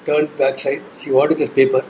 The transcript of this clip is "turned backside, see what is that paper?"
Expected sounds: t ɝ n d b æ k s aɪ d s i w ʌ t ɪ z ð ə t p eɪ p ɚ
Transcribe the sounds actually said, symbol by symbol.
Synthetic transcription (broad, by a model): t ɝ n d b æ k s aɪ d ʃ i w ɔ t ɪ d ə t p eɪ p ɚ